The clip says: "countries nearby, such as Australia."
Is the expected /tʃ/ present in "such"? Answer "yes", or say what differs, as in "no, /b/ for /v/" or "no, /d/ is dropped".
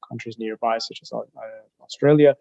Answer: yes